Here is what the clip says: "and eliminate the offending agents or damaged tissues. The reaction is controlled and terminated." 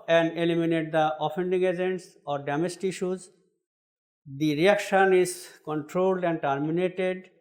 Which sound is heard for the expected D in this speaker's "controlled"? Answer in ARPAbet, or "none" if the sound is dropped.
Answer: D